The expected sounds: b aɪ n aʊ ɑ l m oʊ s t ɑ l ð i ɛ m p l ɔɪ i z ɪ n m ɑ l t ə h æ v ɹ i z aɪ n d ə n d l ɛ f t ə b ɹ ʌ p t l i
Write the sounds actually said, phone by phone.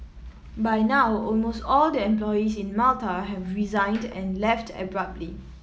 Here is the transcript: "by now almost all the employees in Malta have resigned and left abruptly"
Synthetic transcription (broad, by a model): b aɪ n aʊ ɑ l m oʊ s t ɑ l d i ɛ m p l ɔɪ i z ɪ n m ɑ l t ə h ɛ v ɹ i z aɪ n d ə n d l ɛ f t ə b ɹ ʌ p t l i